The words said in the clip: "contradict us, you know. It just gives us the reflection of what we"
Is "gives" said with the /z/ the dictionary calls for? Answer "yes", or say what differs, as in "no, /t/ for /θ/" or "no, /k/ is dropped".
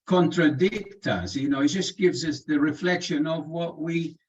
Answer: yes